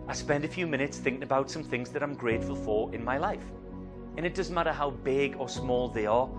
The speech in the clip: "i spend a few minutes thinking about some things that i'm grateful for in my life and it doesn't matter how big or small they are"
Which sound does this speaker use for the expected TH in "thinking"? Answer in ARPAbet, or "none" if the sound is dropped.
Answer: TH